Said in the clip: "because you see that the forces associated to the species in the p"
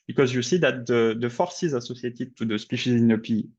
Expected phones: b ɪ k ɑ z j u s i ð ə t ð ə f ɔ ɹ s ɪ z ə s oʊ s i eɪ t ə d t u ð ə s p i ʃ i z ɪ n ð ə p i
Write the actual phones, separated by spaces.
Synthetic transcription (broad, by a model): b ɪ k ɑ z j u s i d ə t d ə f ɔ ɹ s ɪ z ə s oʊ s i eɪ t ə t u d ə s p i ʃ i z ɪ n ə p i